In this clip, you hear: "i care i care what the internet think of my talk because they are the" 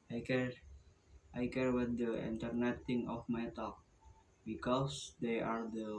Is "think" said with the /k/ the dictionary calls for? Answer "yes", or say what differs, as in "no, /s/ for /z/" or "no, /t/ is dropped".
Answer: no, /k/ is dropped